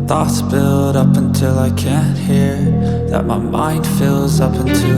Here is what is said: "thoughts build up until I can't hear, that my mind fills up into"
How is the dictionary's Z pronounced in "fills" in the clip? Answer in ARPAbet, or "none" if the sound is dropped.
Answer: Z